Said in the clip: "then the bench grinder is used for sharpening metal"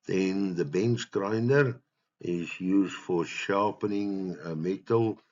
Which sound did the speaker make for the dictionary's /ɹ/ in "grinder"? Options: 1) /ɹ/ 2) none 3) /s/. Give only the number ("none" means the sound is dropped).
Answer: 1